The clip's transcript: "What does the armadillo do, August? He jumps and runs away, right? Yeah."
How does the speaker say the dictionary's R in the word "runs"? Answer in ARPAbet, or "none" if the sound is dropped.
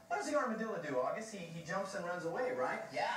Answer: R